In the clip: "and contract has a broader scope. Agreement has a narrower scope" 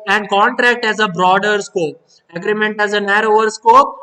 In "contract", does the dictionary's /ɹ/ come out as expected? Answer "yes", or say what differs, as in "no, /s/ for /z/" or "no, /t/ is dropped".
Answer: yes